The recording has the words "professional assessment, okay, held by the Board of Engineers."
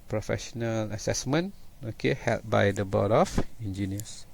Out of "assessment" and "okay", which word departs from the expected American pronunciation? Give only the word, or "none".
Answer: assessment